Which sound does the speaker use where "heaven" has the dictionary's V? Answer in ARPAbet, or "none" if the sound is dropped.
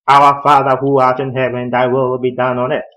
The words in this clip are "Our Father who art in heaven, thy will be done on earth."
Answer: W